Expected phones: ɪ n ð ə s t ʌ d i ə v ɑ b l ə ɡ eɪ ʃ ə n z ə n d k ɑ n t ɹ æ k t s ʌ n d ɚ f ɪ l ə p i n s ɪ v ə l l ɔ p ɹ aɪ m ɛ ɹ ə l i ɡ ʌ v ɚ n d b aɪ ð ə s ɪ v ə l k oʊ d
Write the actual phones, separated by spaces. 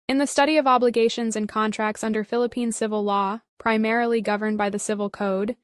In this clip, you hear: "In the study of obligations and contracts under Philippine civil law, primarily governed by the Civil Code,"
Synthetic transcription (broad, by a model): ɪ n ð ə s t ʌ d i ə v ɑ b l ə ɡ eɪ ʃ ə n z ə n k ɑ n t ɹ æ k t s ʌ n d ɚ f ɪ l ə p i n s ɪ v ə l l ɔ p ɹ aɪ m ɛ ɹ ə l i ɡ ʌ v ɚ n b aɪ ð ə s ɪ v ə l k oʊ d